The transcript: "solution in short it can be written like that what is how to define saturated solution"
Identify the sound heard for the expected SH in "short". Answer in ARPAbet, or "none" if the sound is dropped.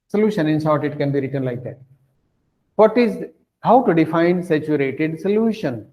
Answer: S